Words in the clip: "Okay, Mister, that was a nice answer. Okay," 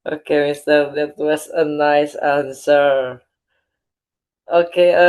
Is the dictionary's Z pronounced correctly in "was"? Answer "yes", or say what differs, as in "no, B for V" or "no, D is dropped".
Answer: no, S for Z